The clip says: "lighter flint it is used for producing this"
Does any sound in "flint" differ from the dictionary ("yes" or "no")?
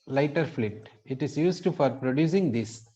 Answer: yes